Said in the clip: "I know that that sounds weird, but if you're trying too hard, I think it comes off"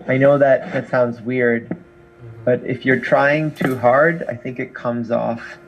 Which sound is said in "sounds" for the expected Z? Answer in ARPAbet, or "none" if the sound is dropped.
Z